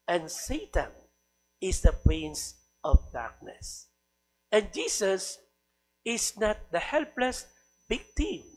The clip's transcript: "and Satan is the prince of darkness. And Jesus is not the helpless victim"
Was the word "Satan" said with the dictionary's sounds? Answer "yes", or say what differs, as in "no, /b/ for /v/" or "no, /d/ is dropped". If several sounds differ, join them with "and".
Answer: yes